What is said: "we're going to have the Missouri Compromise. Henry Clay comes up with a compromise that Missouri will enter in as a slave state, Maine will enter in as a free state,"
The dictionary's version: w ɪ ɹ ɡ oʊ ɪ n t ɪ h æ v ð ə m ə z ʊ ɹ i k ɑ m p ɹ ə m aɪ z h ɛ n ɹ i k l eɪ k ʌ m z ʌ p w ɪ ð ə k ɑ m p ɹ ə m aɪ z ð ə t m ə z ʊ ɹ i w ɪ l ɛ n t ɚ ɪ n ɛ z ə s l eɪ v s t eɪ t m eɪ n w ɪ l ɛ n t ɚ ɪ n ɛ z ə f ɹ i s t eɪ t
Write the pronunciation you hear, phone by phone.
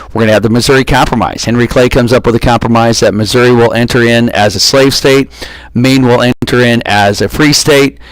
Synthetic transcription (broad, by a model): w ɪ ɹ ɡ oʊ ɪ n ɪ v ð ə m ə z ʊ ɹ i k ɑ m p ɹ ə m aɪ z h ɛ n ɹ i k l eɪ k ʌ m z ʌ p w ɪ ð ə k ɑ m p ɹ ə m aɪ z ð ə t m ə z ʊ ɹ i w ɪ l ɛ n t ɚ ɪ n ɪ z ə s l eɪ v s t eɪ t m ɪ n w ɪ l ɛ n t ɚ ɪ n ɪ z ə f ɹ i s t eɪ t